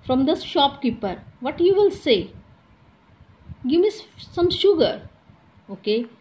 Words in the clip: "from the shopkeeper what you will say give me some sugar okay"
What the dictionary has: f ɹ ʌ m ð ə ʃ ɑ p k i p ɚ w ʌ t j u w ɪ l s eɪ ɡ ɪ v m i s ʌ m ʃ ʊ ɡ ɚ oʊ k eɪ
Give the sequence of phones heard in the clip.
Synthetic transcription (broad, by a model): f ɹ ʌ m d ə ʃ ɑ p k i p ɚ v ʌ t j u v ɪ l s eɪ ɡ ɪ v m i s ʌ m ʃ ʊ ɡ ɚ oʊ k eɪ